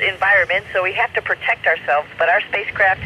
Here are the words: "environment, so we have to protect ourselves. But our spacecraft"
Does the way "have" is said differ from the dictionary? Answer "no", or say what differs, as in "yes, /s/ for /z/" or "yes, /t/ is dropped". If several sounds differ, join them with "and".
yes, /f/ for /v/